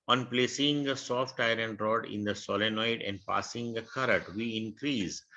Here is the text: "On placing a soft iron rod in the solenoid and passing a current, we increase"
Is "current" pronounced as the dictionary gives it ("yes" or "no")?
no